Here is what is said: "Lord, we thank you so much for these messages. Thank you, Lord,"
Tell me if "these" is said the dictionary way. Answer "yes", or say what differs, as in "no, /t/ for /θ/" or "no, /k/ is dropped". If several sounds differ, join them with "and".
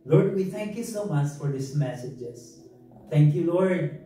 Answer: no, /s/ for /z/